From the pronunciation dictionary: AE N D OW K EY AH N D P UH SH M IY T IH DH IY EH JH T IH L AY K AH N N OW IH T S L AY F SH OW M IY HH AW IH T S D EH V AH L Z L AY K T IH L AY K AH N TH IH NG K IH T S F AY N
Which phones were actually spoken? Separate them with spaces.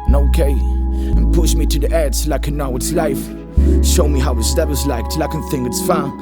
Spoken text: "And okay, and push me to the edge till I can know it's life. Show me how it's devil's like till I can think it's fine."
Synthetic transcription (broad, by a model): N OW K EY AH N P UH SH M IY T IH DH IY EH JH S L AY K AH N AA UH IH T S L AY F SH OW M IY HH AW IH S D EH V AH Z L AY K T L AY K AH N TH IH NG IH T S F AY